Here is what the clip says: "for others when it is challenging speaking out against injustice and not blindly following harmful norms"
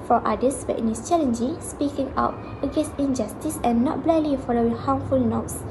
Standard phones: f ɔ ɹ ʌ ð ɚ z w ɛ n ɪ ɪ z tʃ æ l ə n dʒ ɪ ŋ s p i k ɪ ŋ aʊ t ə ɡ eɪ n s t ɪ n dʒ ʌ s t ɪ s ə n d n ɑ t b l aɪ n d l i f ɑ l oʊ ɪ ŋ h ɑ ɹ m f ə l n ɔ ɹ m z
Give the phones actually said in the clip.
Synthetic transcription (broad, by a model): f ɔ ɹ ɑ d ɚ s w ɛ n ɪ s tʃ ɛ l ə n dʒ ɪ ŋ s p i k ɪ ŋ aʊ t ə ɡ eɪ n s t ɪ n dʒ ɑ s t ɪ s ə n n ɑ t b l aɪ d l i f ɑ l oʊ ɪ ŋ h ɑ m f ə l n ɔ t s